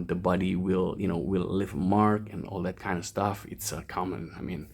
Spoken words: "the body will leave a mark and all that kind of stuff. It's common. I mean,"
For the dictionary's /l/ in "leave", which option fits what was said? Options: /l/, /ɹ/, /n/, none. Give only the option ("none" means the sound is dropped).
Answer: /n/